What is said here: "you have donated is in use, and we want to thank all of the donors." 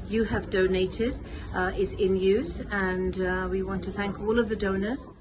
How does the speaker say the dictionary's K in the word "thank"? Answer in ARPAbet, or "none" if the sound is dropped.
K